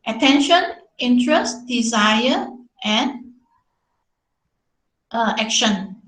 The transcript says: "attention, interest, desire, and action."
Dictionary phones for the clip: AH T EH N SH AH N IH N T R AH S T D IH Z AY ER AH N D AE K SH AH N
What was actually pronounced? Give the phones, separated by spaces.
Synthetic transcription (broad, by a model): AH T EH N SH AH N IH N T R AH S T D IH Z AY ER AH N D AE K SH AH N